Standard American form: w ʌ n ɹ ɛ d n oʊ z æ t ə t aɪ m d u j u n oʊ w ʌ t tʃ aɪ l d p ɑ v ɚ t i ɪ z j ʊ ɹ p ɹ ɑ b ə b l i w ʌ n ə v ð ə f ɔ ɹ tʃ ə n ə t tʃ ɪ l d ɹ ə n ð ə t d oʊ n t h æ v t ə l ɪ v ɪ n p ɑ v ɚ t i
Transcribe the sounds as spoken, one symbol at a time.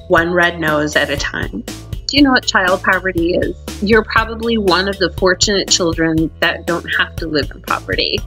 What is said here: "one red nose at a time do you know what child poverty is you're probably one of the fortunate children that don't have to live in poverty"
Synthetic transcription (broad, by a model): w ʌ n ɹ ɛ d n oʊ z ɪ t ə t aɪ m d j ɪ n oʊ w ʌ t tʃ aɪ l d p ɑ v ɚ t i ɪ z j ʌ ɹ p ɹ ɑ b ə b l i w ʌ n ə v ð ə f ɔ ɹ tʃ ə n ə t tʃ ɪ l d ɹ ə n ð ə t d oʊ n t h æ f t ə l ɪ v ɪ n p ɑ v ɚ t i